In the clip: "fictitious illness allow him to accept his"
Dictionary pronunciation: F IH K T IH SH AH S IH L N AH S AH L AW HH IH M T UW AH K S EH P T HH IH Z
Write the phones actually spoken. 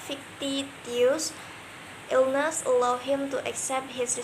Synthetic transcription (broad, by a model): F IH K T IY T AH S IH L N AH S AH L AW HH IH M T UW AH K S EH P T HH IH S